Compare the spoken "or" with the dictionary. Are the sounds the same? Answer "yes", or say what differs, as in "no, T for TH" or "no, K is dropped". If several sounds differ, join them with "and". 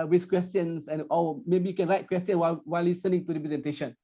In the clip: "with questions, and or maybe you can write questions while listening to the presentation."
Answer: no, L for R